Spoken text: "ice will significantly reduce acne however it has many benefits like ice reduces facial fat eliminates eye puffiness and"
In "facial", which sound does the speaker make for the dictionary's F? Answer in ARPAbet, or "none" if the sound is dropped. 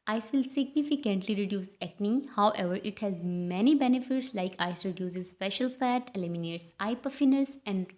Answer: P